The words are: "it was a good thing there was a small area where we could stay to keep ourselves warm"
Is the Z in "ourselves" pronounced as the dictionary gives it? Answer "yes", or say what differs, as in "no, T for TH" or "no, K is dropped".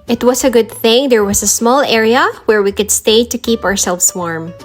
no, S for Z